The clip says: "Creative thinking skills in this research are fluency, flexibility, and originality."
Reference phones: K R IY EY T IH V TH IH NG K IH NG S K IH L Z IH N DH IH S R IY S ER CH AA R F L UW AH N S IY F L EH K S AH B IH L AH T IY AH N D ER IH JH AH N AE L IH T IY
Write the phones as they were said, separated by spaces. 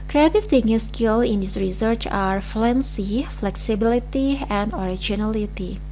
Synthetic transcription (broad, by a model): K R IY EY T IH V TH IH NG IH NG S K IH L IH N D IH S R IY S ER CH AA R F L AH N S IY F L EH K S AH B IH L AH T IY AH N D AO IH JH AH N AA L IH T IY